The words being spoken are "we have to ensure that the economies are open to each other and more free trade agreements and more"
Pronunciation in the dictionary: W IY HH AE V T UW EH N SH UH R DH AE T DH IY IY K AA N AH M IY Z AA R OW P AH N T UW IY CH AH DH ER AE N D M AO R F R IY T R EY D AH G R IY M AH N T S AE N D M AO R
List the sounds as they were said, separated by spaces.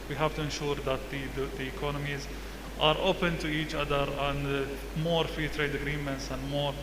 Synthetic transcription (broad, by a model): W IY HH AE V T UW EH N SH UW R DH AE T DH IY IY K AA N AH M IY Z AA R OW P AH N T UW IY CH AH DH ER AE N D M AO R F R IY T R EY D AH G R IY M AH N T S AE N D M AO R